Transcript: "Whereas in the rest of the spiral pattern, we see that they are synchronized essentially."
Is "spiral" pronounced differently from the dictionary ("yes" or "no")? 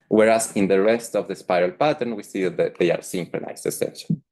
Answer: no